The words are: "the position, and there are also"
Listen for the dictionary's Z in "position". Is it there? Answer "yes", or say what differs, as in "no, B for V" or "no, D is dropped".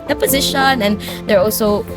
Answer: yes